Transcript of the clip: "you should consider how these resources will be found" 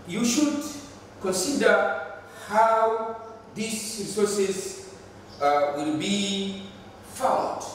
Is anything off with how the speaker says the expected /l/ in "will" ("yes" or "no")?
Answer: no